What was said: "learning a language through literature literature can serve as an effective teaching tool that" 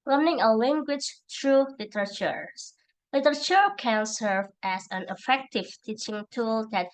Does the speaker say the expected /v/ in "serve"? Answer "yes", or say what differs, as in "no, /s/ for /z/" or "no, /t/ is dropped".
yes